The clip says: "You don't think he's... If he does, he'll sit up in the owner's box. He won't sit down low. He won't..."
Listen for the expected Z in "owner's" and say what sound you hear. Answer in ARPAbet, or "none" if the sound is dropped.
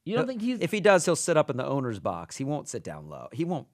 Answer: Z